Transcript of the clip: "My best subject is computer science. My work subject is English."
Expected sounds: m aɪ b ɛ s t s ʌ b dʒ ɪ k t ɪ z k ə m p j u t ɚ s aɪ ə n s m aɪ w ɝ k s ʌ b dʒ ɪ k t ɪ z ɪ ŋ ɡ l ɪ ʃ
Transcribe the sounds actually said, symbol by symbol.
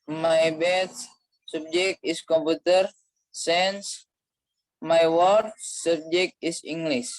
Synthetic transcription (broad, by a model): m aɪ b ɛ t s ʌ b dʒ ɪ k t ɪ s k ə m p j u t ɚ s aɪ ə n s m aɪ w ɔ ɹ s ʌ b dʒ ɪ k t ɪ s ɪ ŋ ɡ l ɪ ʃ